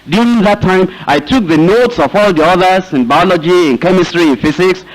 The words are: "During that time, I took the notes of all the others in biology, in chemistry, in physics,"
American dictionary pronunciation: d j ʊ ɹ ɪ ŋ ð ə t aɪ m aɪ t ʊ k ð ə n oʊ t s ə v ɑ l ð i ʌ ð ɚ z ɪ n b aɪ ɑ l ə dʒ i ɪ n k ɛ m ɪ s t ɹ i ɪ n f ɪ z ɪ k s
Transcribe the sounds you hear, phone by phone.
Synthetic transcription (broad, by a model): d j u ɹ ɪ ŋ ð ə t aɪ m aɪ t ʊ k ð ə n oʊ t s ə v ɑ l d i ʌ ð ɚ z ɪ n b aɪ ɑ l ə dʒ i ɪ n k ɛ m ɪ s t ɹ i ɪ n f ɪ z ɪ k s